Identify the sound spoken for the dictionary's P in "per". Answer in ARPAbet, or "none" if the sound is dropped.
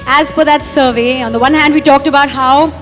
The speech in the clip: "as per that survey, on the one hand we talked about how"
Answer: F